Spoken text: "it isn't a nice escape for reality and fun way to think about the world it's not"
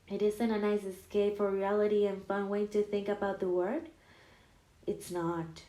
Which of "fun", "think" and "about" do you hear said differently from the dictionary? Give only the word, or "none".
none